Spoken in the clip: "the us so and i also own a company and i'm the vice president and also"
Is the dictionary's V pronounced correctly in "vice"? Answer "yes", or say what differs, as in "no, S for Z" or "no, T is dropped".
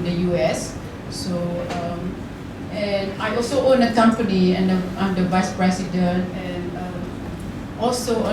yes